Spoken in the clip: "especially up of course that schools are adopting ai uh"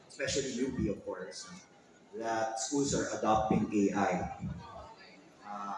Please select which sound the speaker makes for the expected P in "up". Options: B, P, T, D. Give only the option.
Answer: B